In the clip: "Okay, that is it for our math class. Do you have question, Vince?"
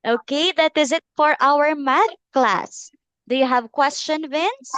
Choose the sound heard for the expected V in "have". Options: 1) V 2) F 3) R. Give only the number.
1